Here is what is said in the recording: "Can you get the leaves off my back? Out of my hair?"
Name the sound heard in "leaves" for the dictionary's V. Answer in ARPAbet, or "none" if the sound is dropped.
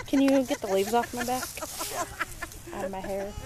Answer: V